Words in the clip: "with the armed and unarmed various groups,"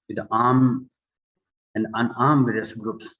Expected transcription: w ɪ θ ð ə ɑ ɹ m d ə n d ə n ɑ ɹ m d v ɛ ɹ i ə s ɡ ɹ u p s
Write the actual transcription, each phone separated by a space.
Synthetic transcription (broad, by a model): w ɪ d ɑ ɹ m ə n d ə n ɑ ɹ m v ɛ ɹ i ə s ɡ ɹ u p s